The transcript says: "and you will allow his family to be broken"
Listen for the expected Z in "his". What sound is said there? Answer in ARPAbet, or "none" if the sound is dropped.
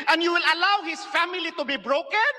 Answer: S